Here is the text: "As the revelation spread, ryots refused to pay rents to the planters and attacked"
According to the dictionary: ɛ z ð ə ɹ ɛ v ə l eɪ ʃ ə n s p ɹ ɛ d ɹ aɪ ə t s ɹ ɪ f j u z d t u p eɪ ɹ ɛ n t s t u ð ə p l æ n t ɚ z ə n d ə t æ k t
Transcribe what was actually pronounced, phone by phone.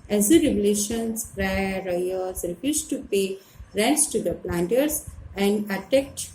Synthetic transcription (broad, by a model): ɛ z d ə ɹ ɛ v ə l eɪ ʃ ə n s ɹ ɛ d ɹ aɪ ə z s ɹ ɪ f j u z t u p eɪ ɹ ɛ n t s t u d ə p l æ n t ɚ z ə n d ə t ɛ k t